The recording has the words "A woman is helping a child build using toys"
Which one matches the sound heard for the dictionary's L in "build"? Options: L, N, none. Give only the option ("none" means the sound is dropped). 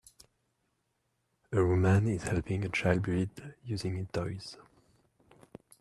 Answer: none